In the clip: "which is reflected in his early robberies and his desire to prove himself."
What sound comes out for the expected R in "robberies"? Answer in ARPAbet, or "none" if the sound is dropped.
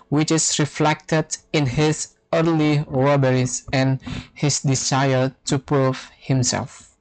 W